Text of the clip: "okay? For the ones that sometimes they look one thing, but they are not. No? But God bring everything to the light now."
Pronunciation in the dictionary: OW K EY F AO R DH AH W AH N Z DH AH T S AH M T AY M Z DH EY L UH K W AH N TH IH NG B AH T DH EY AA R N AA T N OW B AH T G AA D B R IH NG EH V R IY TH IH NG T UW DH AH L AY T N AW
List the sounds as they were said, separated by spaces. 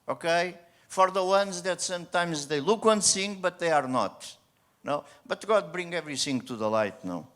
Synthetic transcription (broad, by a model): OW K EY F AO R DH AH W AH N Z DH AH T S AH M T AY M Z DH EY L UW K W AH N S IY NG B AH T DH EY AA R N AA T N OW B AH T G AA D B R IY NG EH V R IY S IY NG T UW DH AH L AY T N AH